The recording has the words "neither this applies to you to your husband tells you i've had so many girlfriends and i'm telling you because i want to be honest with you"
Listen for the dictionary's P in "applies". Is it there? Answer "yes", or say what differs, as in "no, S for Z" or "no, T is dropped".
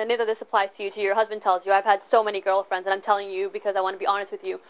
yes